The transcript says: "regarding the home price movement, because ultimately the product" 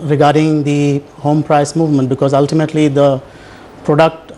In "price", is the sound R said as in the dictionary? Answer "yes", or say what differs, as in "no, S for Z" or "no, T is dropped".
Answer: yes